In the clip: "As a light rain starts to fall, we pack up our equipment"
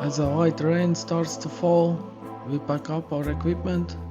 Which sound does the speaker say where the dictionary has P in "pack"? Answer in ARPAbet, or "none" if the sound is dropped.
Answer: B